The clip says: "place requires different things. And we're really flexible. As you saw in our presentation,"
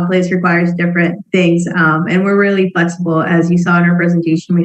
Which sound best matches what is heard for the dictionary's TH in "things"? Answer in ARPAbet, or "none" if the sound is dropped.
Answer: TH